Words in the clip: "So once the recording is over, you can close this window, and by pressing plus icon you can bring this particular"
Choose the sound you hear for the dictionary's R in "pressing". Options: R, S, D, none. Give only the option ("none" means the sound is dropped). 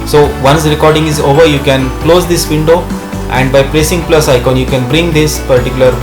R